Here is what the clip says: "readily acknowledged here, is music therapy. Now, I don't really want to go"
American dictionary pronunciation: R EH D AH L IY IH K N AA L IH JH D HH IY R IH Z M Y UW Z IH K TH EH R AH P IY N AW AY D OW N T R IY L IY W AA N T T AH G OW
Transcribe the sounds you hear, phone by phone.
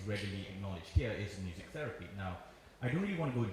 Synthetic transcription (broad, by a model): R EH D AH L IY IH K N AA L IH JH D HH IY R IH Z M Y UW Z IH K TH EH R AH P IY N AW AY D OW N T R IY L IY W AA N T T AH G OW